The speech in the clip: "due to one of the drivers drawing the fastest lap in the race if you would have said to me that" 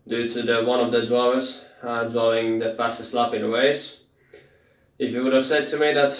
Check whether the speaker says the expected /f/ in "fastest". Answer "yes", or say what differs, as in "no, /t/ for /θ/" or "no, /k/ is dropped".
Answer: yes